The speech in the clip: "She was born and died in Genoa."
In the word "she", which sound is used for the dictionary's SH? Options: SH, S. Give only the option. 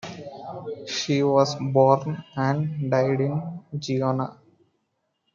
SH